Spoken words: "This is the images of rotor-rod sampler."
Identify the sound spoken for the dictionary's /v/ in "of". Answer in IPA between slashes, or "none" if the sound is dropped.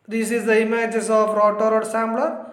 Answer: /p/